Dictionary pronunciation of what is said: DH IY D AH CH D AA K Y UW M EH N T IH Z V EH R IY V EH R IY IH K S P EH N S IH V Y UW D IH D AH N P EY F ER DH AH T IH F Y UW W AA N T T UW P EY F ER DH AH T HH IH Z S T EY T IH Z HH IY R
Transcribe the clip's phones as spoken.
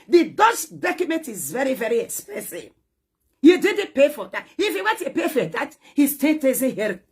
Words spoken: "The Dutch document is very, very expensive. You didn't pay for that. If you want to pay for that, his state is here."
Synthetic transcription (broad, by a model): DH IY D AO S D AA K Y UW M EH N T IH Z V EH R IY V EH R IY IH K S P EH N S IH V Y UW D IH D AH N P EY F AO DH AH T IH F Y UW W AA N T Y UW P EY F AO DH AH T HH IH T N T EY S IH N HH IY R